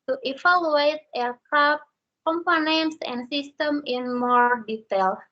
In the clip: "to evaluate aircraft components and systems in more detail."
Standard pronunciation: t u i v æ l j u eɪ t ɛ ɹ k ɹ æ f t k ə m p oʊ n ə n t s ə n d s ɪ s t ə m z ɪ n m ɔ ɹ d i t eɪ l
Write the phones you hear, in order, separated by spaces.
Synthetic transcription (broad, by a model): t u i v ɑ l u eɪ t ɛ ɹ k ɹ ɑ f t k ə m p oʊ n ə n t s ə n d s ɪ s t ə m ɪ n m ɔ ɹ d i t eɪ l